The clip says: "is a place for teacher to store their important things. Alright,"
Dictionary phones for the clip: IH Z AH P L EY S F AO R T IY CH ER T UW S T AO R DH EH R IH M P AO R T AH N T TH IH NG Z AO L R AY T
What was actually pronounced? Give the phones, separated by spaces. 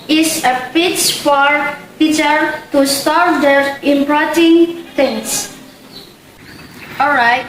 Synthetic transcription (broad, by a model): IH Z AH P IY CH F AO R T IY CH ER T UW S T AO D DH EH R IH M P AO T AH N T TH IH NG S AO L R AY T